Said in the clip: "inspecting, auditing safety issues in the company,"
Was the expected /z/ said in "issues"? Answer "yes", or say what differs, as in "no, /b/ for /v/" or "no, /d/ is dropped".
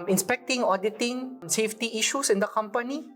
no, /s/ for /z/